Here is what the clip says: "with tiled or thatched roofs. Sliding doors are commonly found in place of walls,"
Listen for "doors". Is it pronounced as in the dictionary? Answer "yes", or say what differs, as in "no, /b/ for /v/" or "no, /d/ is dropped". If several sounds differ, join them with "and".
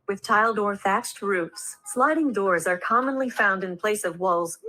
yes